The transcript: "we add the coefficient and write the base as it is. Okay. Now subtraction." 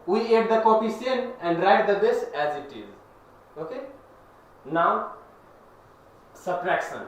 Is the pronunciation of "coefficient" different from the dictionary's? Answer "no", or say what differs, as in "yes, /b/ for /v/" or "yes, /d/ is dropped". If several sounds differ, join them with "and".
yes, /s/ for /ʃ/ and /t/ is dropped